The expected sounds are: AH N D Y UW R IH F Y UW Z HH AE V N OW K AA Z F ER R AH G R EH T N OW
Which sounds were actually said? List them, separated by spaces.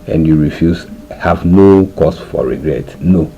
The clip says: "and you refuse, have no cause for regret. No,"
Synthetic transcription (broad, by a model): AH N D Y UW R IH F Y UW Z HH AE V N OW K AA S F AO R AH G R EH T N OW